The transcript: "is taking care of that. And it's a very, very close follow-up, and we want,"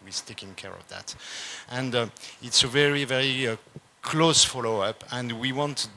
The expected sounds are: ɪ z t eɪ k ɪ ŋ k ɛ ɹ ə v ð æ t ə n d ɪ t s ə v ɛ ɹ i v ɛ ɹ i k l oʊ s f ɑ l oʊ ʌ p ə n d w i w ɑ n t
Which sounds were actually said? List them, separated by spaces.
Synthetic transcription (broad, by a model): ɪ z t eɪ k ɪ ŋ k ɛ ɹ ə v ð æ t ə n d ɪ t s ə v ɛ ɹ i v ɛ ɹ i k l oʊ s f ɑ l oʊ ʌ p ə n d w i w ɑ n t